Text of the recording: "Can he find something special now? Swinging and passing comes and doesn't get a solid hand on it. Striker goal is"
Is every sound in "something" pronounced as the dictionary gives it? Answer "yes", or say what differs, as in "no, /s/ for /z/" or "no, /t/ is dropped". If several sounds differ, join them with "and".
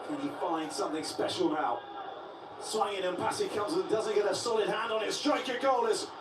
yes